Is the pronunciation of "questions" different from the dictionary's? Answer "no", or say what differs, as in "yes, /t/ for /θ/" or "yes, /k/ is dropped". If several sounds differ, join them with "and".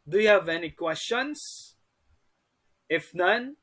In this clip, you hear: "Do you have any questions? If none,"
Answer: yes, /s/ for /z/